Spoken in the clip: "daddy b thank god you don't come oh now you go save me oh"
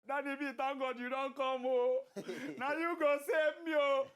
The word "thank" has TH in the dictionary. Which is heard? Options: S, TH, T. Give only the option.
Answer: T